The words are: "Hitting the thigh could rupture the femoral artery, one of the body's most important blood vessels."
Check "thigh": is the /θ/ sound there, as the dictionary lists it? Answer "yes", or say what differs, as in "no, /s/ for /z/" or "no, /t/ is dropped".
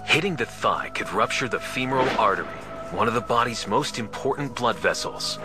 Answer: yes